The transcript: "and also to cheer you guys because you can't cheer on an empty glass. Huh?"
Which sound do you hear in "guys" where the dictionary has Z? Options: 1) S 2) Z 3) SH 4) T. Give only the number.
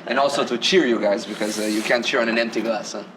2